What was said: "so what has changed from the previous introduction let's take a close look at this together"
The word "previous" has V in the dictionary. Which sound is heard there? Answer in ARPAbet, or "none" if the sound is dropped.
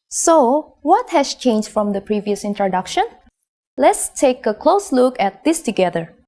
V